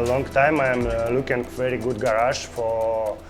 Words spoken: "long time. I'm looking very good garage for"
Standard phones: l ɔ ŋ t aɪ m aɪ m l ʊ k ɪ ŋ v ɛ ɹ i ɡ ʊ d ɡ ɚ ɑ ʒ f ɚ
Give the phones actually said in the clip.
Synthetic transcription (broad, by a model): l ɔ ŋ t aɪ m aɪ m l ʊ k ɪ ŋ v ɛ ɹ i ɡ ʊ d ɡ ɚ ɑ ʃ f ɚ